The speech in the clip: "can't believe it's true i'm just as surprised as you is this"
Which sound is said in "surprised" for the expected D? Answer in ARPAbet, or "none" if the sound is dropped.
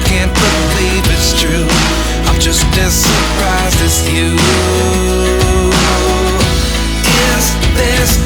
none